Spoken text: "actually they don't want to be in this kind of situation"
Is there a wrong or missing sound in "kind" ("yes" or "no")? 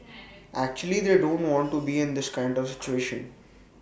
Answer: no